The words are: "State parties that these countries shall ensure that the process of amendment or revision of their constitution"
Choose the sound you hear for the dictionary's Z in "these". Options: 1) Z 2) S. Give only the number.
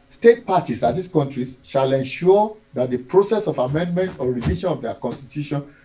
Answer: 2